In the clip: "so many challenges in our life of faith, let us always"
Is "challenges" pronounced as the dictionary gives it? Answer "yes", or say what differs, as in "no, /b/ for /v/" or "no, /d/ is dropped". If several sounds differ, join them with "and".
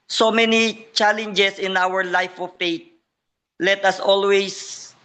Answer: no, /s/ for /z/